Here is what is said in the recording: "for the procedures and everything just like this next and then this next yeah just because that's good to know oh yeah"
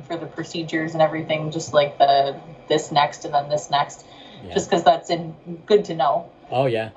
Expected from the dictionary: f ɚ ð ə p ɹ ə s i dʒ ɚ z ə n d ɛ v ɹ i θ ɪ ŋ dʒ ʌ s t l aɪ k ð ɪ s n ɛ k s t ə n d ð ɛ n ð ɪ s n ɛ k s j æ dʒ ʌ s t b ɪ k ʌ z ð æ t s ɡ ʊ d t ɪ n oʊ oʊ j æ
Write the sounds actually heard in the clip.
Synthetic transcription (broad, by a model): f ɚ ð ə p ɹ ə s i dʒ ɚ z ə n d ɛ v ɹ i θ ɪ ŋ dʒ ʌ s t l aɪ k ð ɪ s n ɛ k s t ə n ð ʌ n ð ɪ s n ɛ k s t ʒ ʌ s k ʌ z ð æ t s ɡ ʊ d t ɪ n oʊ oʊ j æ